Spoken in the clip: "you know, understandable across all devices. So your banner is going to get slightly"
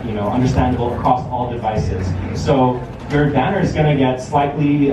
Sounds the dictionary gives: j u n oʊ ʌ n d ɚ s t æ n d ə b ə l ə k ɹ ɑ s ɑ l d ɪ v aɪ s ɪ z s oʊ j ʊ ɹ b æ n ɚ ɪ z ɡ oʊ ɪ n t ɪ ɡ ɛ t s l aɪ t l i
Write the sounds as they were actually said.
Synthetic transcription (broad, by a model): j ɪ n oʊ ʌ n d ɚ s t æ n d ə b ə l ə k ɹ ɑ s ɑ l d ɪ v aɪ s ɪ z s oʊ j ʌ ɹ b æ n ɚ ɪ z ɡ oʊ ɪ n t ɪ ɡ ɛ t s l aɪ t l i